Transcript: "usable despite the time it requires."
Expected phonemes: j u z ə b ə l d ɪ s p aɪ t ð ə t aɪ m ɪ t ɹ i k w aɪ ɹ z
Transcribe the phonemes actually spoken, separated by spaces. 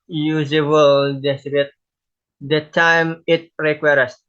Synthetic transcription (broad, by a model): j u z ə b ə l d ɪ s b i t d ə t aɪ m ɪ t ɹ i k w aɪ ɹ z